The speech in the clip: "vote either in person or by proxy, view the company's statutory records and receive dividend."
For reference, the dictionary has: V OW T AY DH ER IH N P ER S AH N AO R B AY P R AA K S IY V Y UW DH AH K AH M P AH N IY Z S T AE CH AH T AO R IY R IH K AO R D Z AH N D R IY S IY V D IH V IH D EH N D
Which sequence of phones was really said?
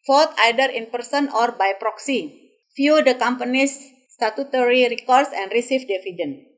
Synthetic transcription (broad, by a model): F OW T AY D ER IH N P ER S AH N AO R B AY P R AA K S IY F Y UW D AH K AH M P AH N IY S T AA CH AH T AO R IY R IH K AO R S AH N D R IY S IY F D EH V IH D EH N